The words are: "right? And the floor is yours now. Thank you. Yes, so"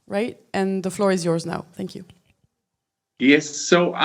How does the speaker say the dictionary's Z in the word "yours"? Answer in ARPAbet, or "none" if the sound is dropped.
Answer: Z